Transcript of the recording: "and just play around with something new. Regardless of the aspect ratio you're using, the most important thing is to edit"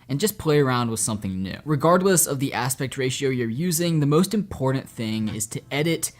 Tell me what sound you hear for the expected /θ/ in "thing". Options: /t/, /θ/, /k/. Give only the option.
/θ/